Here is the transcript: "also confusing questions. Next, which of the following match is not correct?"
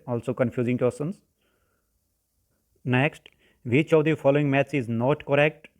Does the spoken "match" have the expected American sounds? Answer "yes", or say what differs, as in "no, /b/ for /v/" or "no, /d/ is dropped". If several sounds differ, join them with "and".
no, /s/ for /tʃ/